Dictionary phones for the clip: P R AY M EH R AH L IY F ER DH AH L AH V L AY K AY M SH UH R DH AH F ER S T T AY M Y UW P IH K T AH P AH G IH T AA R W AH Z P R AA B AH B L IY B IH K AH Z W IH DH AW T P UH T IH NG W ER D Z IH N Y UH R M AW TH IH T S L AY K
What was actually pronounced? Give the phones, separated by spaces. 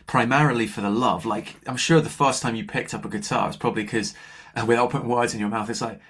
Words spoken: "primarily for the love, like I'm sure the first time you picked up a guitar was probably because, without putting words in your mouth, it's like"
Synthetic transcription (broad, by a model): P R AY M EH R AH L IY F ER DH AH L AH V L AY K AY M SH UH R DH AH F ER S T T AY M Y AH P IH K T AH P AH G IH T AA R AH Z P R AA B AH B L IY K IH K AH W IH DH AW T P UH T IH NG W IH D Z IH N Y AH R M AW TH IH T S L AY K